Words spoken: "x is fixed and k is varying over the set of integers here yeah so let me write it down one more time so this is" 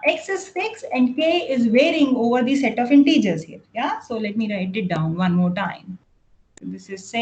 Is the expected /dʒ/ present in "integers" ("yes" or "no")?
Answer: yes